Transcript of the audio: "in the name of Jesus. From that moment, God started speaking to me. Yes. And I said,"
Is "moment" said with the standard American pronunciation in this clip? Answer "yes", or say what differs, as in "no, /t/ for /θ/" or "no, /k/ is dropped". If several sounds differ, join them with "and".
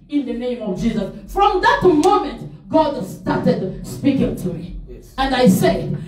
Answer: yes